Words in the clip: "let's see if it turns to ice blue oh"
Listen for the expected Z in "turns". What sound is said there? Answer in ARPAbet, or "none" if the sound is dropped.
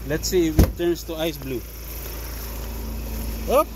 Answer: S